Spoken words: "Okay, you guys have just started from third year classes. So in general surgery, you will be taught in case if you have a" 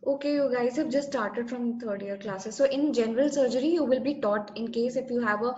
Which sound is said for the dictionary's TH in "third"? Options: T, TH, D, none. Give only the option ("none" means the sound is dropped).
T